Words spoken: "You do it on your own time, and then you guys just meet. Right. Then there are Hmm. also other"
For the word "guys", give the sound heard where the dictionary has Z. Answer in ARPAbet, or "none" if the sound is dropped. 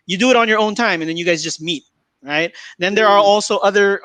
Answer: Z